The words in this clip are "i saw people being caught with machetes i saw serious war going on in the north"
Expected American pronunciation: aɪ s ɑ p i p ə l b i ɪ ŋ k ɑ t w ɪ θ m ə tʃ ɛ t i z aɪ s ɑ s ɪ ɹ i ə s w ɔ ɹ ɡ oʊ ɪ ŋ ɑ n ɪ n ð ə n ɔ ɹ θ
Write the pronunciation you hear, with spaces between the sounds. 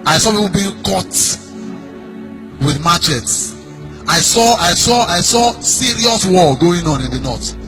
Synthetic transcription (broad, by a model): aɪ s ɑ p i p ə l b i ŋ k ɑ t w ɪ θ m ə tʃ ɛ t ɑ s aɪ s ɑ s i ɹ i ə s w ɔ l ɡ oʊ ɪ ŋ ɑ n ɪ n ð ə n ɔ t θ